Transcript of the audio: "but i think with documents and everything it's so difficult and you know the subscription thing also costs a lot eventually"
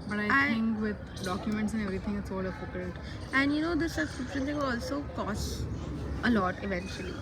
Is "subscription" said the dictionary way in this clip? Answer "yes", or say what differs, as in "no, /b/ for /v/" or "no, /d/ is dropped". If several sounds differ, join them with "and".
no, /b/ is dropped